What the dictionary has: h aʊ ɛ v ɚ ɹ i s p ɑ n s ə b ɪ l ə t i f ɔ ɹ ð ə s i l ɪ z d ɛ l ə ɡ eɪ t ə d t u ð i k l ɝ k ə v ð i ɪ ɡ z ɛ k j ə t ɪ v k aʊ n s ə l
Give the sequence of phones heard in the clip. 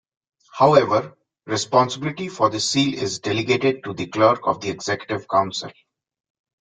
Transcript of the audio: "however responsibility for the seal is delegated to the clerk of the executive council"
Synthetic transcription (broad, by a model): h aʊ ɛ v ɚ ɹ i s p ɑ n s ə b ɪ l ə t i f ɔ ɹ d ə s i l ɪ z d ɛ l ə ɡ eɪ t ə d t u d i k l ɝ k ə v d i ɪ ɡ z ɛ k j ə t ɪ v k aʊ n s ə l